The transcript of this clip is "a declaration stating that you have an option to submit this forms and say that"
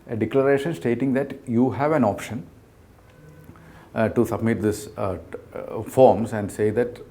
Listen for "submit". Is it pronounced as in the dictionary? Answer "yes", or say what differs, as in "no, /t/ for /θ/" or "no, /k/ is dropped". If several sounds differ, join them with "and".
yes